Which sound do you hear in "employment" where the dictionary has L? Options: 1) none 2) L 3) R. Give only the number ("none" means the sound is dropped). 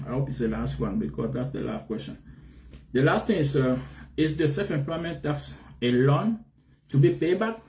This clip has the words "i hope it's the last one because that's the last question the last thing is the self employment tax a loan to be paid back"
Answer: 2